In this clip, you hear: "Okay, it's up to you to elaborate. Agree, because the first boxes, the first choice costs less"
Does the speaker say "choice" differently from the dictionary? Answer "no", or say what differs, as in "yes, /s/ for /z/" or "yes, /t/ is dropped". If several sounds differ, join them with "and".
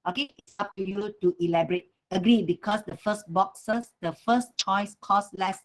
no